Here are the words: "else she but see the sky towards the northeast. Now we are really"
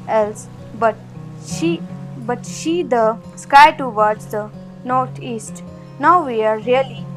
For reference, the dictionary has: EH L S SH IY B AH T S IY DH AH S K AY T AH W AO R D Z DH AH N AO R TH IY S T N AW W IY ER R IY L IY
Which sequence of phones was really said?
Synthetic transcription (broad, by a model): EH L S SH IY B AH T SH IY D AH S K AY T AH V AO R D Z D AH N AO R T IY S T N AW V IY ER R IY L IY